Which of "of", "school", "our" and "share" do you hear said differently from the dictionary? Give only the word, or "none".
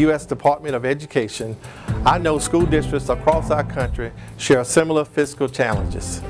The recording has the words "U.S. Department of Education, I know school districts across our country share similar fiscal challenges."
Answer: none